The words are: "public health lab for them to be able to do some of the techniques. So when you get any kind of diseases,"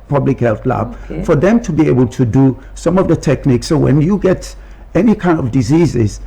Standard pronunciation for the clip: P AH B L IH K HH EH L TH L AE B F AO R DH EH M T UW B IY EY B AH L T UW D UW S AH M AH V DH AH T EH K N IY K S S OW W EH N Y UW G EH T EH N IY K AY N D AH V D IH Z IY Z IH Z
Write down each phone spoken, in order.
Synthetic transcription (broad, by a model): P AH B L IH K HH EH L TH L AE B F AO R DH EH M T UW B IY EY B AH L T UW D UW S AH M AH V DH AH T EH K N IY K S S OW W EH N Y UW G EH T EH N IY K AY N D AH V D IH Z IY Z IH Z